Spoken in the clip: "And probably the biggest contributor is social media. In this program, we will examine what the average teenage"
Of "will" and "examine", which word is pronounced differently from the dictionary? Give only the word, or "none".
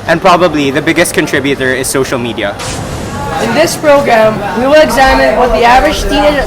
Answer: none